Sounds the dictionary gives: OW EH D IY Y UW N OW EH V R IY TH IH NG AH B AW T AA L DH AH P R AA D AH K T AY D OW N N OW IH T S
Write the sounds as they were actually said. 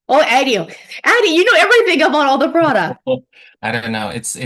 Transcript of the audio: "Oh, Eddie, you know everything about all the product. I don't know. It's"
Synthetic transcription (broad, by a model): OW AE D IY Y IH N OW EH V R IY TH IH NG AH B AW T AA L DH AH P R AA D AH K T AY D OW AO N OW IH T S